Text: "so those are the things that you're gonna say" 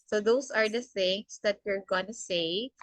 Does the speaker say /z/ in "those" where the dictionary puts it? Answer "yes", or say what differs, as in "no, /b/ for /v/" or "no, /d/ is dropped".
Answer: no, /s/ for /z/